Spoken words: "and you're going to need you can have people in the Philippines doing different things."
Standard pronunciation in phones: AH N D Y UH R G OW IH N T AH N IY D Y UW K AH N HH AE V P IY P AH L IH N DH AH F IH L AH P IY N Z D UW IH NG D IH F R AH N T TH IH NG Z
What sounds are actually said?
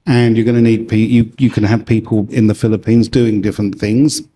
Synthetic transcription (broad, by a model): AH N Y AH R G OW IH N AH N IY D Y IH K AH N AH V P IY P AH L IH N DH AH F IH L AH P IY N Z D UW IH NG D IH F R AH N TH IH NG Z